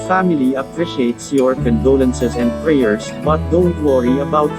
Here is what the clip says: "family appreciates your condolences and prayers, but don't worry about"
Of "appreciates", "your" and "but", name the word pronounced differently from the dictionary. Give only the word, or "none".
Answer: none